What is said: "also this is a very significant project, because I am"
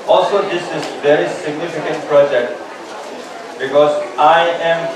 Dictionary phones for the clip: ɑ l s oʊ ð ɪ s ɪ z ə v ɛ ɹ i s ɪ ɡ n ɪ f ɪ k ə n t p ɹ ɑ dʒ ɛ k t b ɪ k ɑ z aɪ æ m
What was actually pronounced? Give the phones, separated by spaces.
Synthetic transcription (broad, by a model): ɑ l s oʊ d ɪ s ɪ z v ɛ ɹ i s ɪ ɡ n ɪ f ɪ k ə n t p ɹ ɑ dʒ ɛ k t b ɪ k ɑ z aɪ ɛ m